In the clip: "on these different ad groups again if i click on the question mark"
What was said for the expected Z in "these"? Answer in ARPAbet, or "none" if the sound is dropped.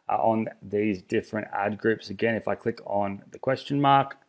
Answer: Z